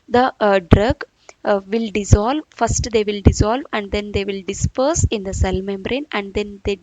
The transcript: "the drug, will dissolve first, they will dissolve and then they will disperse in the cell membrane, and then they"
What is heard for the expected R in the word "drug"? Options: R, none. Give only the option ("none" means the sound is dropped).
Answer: R